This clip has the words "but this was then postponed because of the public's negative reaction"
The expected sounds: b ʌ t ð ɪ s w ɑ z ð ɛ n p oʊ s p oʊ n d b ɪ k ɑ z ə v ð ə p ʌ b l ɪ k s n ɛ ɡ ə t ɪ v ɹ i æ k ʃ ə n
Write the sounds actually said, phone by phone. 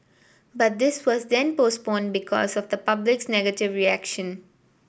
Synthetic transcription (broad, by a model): b ʌ t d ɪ s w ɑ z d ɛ n p oʊ s p oʊ n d b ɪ k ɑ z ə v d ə p ʌ b l ɪ k s n ɛ ɡ ə t ɪ v ɹ i æ k ʃ ə n